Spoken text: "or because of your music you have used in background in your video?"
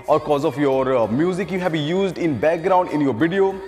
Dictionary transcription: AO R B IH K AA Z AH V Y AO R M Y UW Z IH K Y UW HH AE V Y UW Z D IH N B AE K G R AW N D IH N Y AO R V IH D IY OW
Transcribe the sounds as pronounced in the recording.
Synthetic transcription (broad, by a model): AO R K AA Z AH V Y AO R M Y UW Z IH K Y UW HH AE B Y UW Z D IH N B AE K G R AW N D IH N Y AO R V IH D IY OW